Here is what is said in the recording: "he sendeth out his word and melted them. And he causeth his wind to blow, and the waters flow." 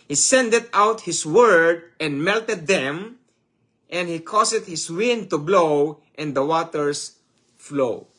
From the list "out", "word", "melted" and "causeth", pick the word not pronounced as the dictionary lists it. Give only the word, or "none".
causeth